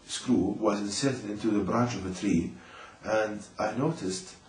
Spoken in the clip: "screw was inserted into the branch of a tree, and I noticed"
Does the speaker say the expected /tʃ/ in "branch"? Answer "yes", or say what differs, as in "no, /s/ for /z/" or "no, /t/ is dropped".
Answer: yes